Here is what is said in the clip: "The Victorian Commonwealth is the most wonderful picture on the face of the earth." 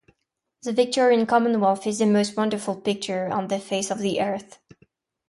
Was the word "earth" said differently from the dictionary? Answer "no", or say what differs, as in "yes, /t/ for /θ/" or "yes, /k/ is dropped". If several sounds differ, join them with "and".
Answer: no